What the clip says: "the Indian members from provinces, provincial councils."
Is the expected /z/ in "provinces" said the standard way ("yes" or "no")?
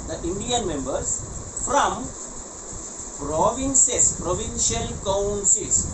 no